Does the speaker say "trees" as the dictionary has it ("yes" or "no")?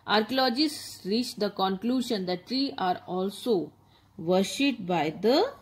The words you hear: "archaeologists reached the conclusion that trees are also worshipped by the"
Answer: no